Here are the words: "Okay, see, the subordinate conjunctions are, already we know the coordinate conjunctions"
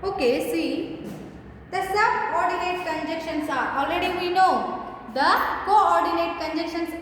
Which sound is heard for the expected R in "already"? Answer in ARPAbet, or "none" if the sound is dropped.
L